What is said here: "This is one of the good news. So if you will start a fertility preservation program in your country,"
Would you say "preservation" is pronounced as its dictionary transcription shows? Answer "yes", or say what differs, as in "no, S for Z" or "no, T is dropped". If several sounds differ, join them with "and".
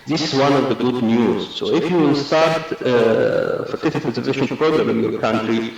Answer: no, R is dropped